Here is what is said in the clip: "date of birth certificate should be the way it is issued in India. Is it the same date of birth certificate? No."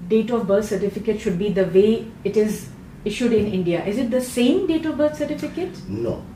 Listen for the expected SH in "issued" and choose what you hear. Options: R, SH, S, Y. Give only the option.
SH